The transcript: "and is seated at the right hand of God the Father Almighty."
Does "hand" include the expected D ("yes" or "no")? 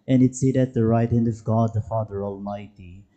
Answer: yes